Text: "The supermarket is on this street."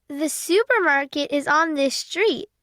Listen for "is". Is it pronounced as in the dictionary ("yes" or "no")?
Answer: yes